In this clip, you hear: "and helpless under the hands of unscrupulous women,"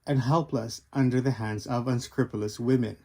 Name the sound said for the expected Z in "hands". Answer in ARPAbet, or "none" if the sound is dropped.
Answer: Z